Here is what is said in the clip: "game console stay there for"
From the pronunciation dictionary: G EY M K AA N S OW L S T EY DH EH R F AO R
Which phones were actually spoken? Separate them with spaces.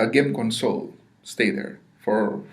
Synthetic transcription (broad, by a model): G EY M K AA N S OW L S T EY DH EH R F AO R